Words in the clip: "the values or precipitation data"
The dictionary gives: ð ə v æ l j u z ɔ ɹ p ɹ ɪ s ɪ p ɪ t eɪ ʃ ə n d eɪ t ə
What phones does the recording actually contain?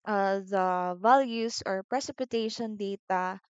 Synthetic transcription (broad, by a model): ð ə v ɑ l j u s ɔ ɹ p ɹ ɪ s ɪ p ɪ t eɪ ʃ ə n d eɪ t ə